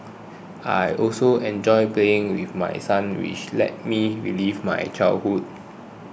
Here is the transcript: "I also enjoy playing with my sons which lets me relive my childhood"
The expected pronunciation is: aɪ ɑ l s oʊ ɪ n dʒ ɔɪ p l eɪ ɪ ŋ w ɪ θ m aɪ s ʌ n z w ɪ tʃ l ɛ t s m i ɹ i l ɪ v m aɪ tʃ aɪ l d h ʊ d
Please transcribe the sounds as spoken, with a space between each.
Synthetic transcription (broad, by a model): aɪ ɑ l s oʊ ɪ n dʒ ɔɪ p l eɪ ɪ ŋ w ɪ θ m aɪ s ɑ n w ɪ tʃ l ɛ t m i ɹ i l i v m aɪ tʃ aɪ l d h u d